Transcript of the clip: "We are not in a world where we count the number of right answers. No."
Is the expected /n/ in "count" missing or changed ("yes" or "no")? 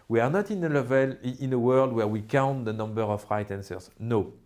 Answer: no